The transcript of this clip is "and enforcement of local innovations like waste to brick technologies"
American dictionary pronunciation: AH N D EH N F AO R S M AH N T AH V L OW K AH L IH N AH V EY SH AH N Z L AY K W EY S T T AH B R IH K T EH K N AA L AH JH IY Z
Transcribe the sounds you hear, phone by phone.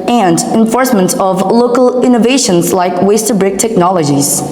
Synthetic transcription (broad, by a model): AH N D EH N F AO R S M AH N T AH V L OW K AH L IH N AH V EY SH AH N Z L AY K W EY S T T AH B R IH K T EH K N AA L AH JH IY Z